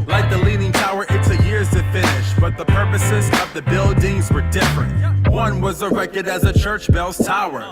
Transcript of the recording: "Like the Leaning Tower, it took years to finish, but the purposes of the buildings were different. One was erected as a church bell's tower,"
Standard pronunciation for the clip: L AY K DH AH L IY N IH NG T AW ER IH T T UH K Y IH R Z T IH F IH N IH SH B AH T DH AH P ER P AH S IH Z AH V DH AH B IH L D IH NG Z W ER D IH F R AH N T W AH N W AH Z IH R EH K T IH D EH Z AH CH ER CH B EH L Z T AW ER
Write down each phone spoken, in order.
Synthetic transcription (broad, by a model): L AY K DH AH L IY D IH NG T AW ER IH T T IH Y IH R Z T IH F IH N IH SH B AH T DH AH P ER P AH S IH Z AH V DH AH B IH L D IH NG Z W ER D IH F R AH N T W AH N W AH Z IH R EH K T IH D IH Z AH CH ER CH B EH L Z T AW ER